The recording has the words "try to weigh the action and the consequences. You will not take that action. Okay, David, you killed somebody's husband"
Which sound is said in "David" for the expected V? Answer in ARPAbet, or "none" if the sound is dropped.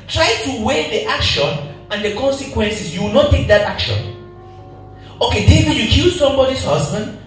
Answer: none